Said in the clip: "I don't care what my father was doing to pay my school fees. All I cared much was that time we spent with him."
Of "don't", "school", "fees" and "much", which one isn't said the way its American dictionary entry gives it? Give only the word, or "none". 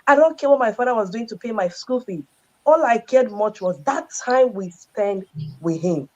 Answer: fees